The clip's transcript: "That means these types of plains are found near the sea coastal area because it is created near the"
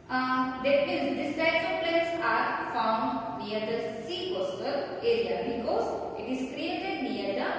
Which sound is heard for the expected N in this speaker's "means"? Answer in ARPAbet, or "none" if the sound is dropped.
none